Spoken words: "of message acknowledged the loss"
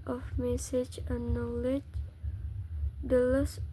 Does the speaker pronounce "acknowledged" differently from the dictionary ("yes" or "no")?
yes